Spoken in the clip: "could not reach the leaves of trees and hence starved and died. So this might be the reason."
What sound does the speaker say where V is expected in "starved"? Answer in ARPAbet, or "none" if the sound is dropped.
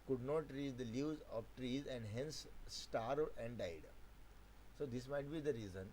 none